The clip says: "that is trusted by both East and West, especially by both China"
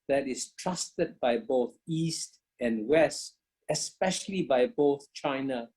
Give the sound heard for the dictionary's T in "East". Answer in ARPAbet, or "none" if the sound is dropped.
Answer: T